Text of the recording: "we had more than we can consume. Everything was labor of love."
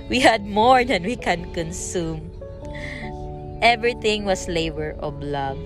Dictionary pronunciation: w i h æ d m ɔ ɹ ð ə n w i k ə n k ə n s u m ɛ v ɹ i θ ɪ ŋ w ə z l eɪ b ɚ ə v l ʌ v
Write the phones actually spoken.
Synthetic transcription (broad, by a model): w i h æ d m ɔ ɹ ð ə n w i k ə n k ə n s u m ɛ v ɹ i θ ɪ ŋ w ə s l eɪ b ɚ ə b l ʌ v